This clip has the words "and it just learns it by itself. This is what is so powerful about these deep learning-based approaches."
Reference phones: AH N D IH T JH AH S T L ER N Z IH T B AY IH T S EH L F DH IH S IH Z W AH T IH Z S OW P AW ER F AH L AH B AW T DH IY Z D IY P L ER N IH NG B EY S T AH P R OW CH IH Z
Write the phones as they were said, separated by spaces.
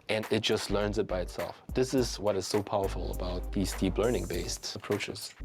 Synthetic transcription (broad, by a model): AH N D IH T JH AH S T L ER N Z IH T B AY IH T S EH L F DH IH S IH Z W AH T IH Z S OW P AW ER F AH L AH B AW T DH IY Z D IY P L ER N IH NG B EY S T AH P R OW CH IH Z